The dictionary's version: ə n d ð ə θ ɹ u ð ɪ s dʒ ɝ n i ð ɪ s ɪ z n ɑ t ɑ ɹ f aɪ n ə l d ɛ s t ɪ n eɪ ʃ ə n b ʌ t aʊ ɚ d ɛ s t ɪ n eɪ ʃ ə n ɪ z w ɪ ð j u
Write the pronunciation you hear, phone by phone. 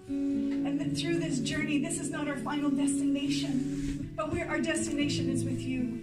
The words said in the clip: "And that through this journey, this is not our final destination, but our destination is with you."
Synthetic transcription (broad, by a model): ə n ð θ ɹ u ð ɪ s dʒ ɝ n i ð ɪ s ɪ z n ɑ t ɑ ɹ f aɪ n l d ɛ s t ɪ n eɪ ʃ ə n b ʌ t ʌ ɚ d ɛ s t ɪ n eɪ ʃ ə n ɪ z w ɪ ð j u